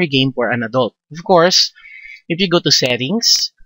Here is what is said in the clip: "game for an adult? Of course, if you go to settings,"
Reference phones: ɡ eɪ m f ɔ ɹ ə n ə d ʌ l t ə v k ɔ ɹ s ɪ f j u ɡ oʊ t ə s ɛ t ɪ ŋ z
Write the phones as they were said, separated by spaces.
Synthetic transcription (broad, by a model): ɡ eɪ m f ɔ ɹ ə n ə d ʌ l t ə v k ɔ ɹ s ɪ f j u ɡ oʊ t ə s ɛ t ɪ ŋ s